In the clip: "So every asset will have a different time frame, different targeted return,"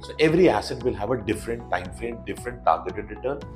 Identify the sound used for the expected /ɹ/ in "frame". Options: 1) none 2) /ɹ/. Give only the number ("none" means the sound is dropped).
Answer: 1